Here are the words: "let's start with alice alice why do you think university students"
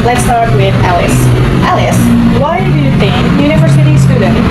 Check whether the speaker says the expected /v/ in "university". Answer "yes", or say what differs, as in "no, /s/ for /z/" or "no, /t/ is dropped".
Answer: yes